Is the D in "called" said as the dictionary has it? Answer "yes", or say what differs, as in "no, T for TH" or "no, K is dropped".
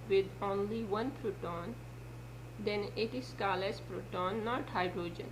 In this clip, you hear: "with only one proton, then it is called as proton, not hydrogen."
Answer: no, D is dropped